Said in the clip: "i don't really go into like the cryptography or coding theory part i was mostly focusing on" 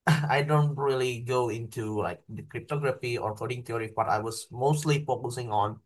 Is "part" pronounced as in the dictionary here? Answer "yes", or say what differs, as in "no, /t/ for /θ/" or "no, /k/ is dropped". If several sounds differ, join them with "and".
no, /b/ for /p/